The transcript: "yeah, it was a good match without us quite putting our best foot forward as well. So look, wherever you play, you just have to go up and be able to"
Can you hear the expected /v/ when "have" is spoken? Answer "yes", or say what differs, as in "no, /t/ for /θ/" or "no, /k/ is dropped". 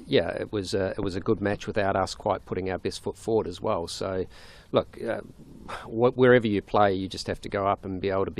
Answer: no, /f/ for /v/